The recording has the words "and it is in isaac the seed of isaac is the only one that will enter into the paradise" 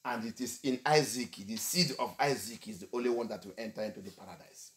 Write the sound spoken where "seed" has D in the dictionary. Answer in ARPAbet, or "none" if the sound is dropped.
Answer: D